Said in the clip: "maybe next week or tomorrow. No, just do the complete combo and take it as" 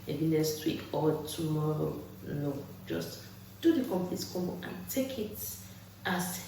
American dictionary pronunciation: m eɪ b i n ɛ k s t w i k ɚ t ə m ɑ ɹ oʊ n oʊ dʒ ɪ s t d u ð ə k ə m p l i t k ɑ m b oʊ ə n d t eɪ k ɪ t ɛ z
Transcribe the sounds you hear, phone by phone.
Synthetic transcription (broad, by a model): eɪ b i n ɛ s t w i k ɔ t ə m ɑ ɹ oʊ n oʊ dʒ ɪ s t d u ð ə k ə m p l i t k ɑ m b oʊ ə n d t eɪ k ɪ t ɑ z